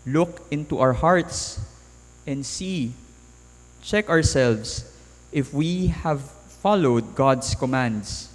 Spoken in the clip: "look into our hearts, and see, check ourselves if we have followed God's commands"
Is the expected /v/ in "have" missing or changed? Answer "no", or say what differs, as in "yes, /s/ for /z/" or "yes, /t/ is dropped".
no